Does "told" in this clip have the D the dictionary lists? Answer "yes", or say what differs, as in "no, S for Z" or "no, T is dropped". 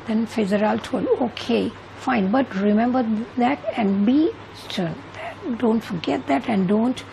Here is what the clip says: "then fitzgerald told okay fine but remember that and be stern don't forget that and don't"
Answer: no, D is dropped